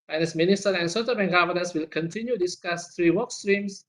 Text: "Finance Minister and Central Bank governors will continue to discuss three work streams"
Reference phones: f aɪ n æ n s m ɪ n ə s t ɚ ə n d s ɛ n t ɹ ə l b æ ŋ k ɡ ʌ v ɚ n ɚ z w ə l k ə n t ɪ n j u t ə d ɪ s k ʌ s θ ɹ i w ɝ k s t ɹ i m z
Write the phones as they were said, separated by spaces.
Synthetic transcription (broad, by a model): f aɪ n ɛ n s m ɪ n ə s t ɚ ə n s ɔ t ə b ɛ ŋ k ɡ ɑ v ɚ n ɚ s w ə l k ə n t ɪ n j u d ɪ s k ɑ s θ ɹ i w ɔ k s t ɹ i m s